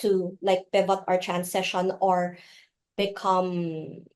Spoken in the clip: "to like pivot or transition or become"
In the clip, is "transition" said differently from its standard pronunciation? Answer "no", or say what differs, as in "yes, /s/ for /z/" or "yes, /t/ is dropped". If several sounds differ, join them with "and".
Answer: yes, /s/ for /z/